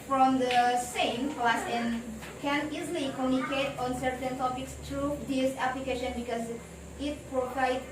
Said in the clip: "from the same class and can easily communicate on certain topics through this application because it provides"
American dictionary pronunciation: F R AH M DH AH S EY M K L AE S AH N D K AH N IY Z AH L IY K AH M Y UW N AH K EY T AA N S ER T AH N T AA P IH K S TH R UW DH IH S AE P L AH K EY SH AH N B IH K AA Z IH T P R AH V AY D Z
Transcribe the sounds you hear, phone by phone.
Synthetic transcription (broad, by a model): F R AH M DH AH S EY M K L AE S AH N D K AH N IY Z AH L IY K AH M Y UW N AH K EY T AA N S ER T AH N T AA P IH K S T R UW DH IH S AE P L AH K EY SH AH N B IH K AA Z IH T P R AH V AY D